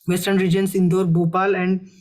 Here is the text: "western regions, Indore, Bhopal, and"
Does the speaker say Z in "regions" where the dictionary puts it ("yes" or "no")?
no